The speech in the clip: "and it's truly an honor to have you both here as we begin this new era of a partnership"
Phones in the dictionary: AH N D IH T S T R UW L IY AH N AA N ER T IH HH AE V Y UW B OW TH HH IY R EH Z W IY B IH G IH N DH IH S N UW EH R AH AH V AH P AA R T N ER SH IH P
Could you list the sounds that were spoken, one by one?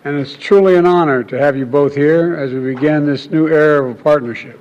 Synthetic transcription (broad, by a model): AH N IH T S T R UW L IY AH N AA N ER T IH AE V Y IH B OW TH HH IY R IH Z W IY B IH G IH N DH IH S N UW EH R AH AH V AH P AA R T N ER SH IH P